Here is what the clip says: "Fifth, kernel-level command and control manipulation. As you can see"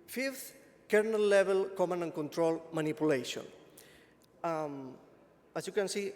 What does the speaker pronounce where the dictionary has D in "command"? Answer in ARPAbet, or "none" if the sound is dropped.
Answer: none